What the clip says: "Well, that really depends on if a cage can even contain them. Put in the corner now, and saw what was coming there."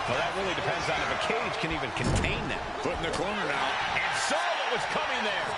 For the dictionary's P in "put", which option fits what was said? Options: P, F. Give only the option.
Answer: F